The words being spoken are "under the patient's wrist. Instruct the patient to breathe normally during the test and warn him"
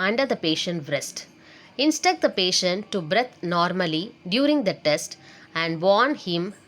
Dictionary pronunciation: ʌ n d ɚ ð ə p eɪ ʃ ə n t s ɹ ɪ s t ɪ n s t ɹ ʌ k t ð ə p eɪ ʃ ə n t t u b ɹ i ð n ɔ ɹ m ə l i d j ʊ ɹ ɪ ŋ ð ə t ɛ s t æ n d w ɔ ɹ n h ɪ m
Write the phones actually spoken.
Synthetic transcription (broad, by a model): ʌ n d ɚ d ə p eɪ ʃ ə n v ɹ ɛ s t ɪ n s t ʌ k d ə p eɪ ʃ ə n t t u b ɹ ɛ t n ɔ ɹ m ə l i d j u ɹ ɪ ŋ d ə t ɛ s t æ n d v ɔ ɹ n h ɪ m